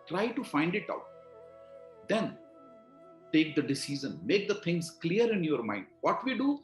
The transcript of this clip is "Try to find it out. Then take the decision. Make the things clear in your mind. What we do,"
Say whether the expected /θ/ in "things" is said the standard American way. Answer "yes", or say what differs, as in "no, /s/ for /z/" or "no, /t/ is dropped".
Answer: no, /t/ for /θ/